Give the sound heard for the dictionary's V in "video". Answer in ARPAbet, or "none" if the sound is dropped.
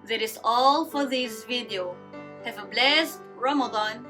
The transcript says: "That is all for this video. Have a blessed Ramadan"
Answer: V